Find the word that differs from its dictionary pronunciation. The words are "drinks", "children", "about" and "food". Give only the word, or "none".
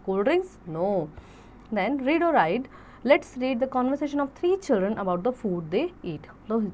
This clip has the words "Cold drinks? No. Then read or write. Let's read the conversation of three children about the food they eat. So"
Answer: drinks